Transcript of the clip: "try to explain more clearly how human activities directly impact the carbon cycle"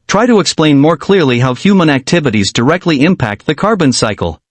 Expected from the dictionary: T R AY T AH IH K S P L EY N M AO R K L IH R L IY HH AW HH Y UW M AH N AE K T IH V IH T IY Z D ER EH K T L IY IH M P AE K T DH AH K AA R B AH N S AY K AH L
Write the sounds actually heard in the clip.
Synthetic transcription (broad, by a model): T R AY T AH IH K S P L EY N M AO R K L IH R L IY HH AW HH Y UW M AH N AE K T IH V IH T IY Z D ER EH K T L IY IH M P AE K T DH AH K AA R B AH N S AY K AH L